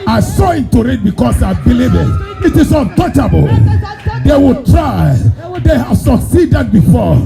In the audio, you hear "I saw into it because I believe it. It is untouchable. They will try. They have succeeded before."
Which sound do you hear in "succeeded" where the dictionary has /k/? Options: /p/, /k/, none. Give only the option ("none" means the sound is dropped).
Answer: /k/